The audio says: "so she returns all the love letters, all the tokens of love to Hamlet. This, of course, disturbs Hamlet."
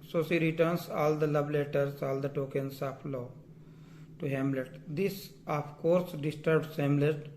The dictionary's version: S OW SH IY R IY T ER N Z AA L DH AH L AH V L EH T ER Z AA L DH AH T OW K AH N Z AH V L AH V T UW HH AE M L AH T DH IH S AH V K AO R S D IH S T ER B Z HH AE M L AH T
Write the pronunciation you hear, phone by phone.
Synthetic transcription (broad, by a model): S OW S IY R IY T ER N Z AA L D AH L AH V L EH T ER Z AA L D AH T OW K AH N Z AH P L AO T UW HH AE M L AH T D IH S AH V K AO R S D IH S T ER B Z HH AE M L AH T